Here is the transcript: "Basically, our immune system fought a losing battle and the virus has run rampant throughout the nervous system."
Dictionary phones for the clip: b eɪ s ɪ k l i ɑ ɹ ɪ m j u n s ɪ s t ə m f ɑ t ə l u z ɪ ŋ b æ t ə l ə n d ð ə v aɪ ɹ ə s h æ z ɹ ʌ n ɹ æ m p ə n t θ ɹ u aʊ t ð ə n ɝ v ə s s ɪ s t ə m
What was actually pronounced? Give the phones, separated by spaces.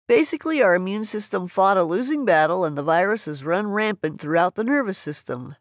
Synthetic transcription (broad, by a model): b eɪ s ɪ k l i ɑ ɹ ɪ m j u n s ɪ s t ə m f ɑ t ə l u z ɪ ŋ b æ t l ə n ð ə v aɪ ɹ ə s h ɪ z ɹ ʌ n ɹ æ m p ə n θ ɹ u aʊ t ð ə n ɝ v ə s s ɪ s t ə m